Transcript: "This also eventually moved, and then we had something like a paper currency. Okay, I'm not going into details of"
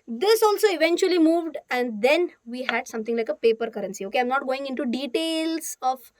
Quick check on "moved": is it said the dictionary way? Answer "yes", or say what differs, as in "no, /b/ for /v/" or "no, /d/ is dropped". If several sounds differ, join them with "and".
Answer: yes